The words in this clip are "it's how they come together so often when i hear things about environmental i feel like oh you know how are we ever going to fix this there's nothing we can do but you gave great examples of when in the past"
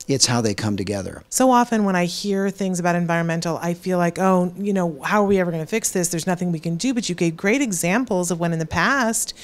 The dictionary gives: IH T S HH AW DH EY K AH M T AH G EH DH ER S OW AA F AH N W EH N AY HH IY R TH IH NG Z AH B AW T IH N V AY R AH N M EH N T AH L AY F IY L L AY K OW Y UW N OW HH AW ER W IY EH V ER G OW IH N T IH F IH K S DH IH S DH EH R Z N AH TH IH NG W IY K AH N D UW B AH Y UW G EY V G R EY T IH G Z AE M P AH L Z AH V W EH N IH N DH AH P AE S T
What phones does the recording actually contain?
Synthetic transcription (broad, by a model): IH T S HH AW DH EY K AH M T AH G EH DH ER S OW AA F AH N W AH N AY HH IY R TH IH NG Z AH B AW T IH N V AY R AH N M EH N T L AY F IY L L AY K OW Y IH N OW HH AW ER W IY EH V ER G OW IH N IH F IH K S DH IH S DH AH R Z N AH TH IH NG W IY K AH N D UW B AH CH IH G EY V G R EY T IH G Z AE M P L Z AH V W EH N IH N DH AH P AE S T